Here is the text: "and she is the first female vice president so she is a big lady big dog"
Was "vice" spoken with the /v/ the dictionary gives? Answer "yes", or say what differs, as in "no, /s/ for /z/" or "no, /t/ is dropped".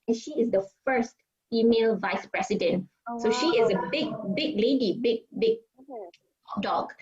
yes